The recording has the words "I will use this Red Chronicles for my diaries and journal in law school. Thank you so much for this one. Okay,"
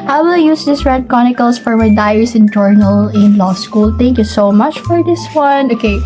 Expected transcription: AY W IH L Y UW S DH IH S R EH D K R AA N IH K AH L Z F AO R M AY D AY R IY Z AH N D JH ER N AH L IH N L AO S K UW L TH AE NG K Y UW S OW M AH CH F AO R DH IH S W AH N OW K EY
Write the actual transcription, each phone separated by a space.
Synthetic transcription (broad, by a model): AY W IH L Y UW S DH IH S R EH D K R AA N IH K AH L S F AO R M AY D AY IY S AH N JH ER N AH L IH N L AO S K UW L T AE NG K Y UW S OW M AH CH F AO R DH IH S W AH N OW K EY